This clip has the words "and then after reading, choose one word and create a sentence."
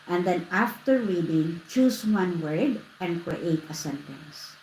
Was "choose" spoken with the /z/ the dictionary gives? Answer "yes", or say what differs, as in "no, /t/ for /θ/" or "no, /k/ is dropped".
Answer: no, /s/ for /z/